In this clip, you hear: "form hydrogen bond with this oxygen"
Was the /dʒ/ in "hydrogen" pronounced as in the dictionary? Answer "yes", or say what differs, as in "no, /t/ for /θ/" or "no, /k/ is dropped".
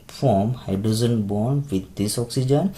no, /z/ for /dʒ/